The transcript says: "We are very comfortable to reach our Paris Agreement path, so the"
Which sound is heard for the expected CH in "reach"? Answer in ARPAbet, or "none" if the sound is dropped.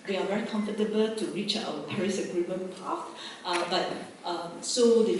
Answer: CH